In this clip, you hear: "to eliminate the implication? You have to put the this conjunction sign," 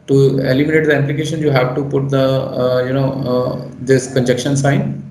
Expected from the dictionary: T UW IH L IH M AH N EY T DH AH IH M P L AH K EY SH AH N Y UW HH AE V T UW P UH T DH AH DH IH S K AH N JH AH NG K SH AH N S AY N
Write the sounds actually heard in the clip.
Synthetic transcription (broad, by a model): T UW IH L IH M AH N EY T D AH IH M P L AH K EY SH AH N Y UW HH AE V T UW P UH T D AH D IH S K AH N JH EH K SH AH N S AY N